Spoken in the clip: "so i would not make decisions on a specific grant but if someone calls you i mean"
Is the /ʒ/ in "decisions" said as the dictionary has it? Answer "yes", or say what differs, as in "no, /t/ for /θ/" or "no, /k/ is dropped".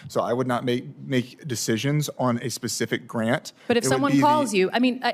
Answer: yes